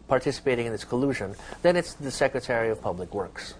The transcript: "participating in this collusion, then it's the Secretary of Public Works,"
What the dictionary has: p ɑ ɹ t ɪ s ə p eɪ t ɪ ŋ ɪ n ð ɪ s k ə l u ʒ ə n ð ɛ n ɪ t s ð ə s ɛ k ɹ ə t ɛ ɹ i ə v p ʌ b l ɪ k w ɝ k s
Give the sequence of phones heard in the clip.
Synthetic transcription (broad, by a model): p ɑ ɹ t ɪ s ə p eɪ t ɪ ŋ ɪ n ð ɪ s k ə l u ʒ ə n ð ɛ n ɪ t s ð ə s ɛ k ɹ ə t ɛ ɹ i ə v p ʌ b l ɪ k w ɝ k s